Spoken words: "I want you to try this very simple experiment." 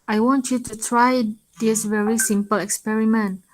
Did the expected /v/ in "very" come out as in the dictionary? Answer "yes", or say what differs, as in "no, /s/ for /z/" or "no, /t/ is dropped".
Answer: yes